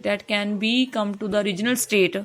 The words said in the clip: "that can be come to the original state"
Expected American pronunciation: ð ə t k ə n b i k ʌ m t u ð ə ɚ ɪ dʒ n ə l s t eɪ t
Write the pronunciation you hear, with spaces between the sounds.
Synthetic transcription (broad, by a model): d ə t k ə n b i k ʌ m t u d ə ɚ ɪ dʒ n ə l s t eɪ t